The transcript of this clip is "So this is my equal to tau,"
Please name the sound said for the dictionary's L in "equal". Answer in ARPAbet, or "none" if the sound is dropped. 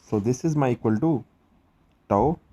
L